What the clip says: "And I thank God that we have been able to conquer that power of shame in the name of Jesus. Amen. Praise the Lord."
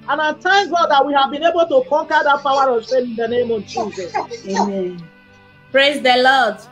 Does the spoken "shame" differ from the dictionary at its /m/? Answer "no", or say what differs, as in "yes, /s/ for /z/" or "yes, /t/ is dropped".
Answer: yes, /m/ is dropped